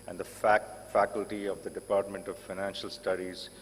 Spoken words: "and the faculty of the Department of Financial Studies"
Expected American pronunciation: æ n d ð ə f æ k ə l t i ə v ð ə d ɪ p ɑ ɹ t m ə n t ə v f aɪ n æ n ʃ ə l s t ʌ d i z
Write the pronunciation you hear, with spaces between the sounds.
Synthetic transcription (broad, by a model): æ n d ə f æ k ə l t i ə v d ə d ɪ p ɑ ɹ t m ə n t ə v f aɪ n æ n ʃ ə l s t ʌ d i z